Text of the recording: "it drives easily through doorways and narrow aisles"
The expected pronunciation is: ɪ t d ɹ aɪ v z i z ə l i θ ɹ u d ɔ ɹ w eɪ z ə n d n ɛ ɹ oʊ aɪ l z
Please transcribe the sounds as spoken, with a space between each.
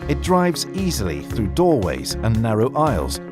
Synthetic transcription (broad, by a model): ɪ t d ɹ aɪ v z i z ə l i θ ɹ u d ɔ ɹ w eɪ z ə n n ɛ ɹ oʊ aɪ l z